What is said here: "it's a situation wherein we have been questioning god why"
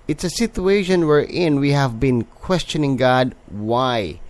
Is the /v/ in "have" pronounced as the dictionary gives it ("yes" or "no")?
yes